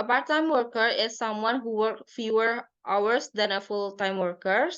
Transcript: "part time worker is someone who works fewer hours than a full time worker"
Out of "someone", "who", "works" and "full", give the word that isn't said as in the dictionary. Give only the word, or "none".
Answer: works